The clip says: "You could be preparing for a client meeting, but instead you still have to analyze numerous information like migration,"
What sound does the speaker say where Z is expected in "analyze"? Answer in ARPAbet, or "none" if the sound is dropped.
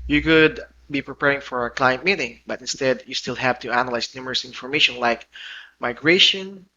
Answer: S